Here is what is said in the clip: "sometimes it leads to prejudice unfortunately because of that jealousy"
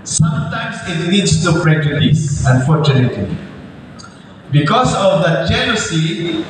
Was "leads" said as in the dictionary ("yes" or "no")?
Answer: no